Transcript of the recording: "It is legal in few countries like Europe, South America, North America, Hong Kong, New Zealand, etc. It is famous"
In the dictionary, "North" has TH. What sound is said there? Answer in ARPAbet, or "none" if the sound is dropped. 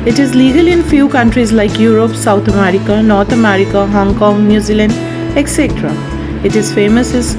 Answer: T